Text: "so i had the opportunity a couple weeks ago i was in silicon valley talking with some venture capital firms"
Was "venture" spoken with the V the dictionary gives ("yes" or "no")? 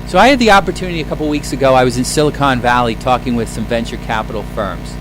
yes